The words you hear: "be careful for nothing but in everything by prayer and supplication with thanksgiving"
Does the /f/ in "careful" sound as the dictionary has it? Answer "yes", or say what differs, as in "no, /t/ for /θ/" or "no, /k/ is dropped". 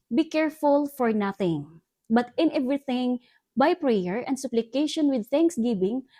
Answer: yes